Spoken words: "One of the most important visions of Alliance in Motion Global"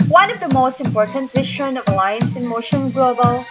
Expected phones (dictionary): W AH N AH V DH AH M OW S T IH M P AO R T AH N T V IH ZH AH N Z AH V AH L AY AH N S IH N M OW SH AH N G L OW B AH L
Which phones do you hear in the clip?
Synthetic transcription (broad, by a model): W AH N AH V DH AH M OW S T IH M P AO R T AH N T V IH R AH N AH V AH L AY AH N S IH N M OW SH AH N G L OW B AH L